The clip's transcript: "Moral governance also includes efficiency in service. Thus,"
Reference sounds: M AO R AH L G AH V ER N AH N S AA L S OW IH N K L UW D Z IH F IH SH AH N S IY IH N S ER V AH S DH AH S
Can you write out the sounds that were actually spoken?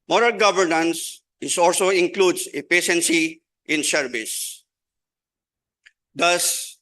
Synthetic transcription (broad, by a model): M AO R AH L G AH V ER N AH N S AA L S OW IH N K L UW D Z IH P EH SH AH N S IY IH N SH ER B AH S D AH S